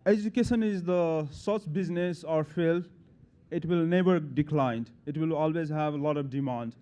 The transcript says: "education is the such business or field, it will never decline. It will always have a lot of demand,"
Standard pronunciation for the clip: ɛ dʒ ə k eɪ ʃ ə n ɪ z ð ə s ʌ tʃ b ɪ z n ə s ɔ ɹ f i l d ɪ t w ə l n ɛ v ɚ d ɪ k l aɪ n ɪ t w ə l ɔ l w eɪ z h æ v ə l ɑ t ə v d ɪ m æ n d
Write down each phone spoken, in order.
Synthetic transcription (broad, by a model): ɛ dʒ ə k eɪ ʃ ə n ɪ z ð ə s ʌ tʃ b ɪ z n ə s ɔ ɹ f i l ɪ t w ə l n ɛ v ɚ d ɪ k l aɪ n ɪ t w ə l ɔ l w eɪ z h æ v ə l ɑ t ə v d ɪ m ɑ n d